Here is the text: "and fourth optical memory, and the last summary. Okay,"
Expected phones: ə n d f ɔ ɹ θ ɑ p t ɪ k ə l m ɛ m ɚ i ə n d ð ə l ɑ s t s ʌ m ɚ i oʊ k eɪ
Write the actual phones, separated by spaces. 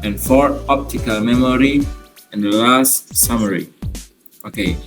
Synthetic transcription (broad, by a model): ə n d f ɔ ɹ ɑ p t ɪ k ə l m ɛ m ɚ i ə n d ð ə l ɑ s t s ʌ m ɚ i oʊ k eɪ